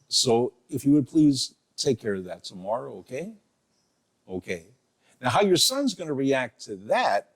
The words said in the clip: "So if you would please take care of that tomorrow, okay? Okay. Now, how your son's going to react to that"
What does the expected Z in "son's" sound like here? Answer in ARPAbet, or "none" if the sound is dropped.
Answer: Z